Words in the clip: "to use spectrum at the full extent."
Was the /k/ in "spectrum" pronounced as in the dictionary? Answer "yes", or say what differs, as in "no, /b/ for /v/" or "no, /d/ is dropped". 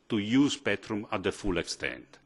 no, /k/ is dropped